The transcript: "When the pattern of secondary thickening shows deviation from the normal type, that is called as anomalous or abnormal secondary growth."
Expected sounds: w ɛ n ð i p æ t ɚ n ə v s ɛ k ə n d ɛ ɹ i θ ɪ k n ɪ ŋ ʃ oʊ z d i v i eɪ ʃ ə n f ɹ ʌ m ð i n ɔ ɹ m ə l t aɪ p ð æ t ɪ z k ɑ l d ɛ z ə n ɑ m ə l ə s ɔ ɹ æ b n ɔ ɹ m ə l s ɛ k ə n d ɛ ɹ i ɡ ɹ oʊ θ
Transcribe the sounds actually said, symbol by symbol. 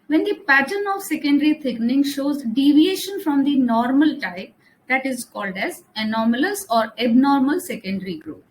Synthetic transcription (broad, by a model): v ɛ n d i p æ t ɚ n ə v s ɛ k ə n d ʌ ɹ i t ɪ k n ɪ ŋ ʃ oʊ z d i v i eɪ ʃ ə n f ɹ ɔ m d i n ɔ ɹ m ə l t aɪ p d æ t ɪ z k ɑ l d ɛ z ə n ɑ m ə l ə s ɔ ɹ æ b n ɔ ɹ m ə l s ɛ k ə n d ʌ ɹ i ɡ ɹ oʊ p